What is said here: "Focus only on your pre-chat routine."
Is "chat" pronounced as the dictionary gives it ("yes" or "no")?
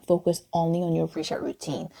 no